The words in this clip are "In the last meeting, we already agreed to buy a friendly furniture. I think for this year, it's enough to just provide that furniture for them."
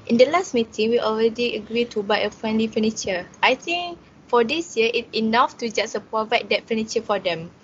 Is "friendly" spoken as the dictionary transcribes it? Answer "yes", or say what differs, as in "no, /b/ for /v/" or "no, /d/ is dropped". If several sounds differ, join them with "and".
yes